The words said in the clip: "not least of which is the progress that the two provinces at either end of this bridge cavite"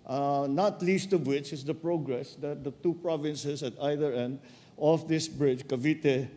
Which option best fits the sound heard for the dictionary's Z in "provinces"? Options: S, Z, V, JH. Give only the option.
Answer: S